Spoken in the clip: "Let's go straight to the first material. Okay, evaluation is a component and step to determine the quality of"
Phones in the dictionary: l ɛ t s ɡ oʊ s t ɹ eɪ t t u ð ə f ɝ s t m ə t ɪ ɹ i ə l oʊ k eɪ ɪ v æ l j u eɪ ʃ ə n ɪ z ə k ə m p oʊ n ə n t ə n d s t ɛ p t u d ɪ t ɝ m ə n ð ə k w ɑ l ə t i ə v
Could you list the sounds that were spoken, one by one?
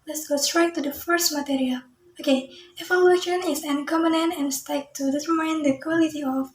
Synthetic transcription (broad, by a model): l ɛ t s ɡ oʊ s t ɹ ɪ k t u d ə f ɝ s t m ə t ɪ ɹ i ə l oʊ k eɪ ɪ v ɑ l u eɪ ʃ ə n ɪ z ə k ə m oʊ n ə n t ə n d s t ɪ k t u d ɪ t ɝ m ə n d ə k w ɑ l ə t i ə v